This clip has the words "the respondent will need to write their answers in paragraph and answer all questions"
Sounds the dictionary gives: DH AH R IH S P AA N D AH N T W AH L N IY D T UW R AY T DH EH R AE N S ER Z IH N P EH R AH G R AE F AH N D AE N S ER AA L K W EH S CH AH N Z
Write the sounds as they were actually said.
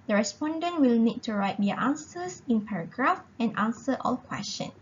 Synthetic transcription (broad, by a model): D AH R IH S P AA N D AH N T W AH L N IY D T UW R AY T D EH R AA N S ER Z IH N P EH R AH G R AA F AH N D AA N S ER AA L K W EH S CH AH N